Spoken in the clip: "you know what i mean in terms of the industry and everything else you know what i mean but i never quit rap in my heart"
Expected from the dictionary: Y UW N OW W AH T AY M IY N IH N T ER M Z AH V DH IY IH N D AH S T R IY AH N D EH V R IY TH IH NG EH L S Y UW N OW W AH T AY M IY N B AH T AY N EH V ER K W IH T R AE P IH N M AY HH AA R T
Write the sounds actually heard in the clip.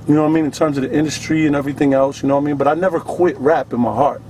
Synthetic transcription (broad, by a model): Y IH N OW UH AY M IY N IH N T ER M Z AH V DH IY IH N D AH S T R IY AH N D EH V R IY TH IH NG EH L S Y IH N OW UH AY M IY N B AH T AY N EH V ER K W IH T R AE P IH N M AY HH AA R T